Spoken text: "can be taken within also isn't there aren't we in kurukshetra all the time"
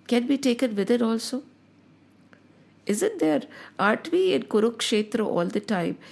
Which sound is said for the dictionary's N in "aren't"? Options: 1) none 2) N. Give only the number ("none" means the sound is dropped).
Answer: 1